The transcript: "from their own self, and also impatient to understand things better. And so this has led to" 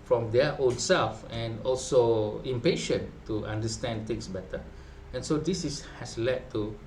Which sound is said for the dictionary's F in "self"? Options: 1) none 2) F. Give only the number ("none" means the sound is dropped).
2